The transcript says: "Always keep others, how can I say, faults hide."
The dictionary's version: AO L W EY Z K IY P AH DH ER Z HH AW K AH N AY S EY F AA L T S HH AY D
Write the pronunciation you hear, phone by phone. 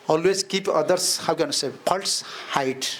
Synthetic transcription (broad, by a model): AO L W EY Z K IY P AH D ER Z HH AW K AH N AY S EY P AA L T S HH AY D